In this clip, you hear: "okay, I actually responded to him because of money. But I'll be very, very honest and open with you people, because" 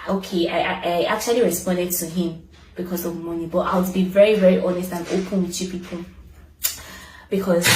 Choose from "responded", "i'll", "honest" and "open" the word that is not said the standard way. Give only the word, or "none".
i'll